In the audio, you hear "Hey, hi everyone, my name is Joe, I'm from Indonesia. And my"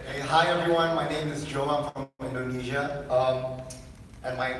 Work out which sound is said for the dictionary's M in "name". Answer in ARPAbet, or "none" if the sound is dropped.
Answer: M